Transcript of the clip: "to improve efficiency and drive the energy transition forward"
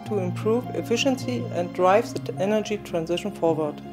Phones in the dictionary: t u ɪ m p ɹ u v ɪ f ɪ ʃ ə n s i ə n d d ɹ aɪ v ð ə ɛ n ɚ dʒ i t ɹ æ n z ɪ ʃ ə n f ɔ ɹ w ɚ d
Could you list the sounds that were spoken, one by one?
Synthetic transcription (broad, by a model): t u ɪ m p ɹ u v ɪ f ɪ ʃ ə n s i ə n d d ɹ aɪ v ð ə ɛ n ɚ dʒ i t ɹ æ n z ɪ ʃ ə n f ɔ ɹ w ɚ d